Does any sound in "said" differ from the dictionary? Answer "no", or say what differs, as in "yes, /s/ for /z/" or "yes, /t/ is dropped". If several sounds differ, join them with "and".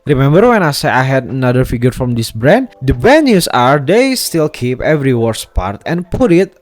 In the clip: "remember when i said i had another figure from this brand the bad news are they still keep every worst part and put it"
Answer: yes, /d/ is dropped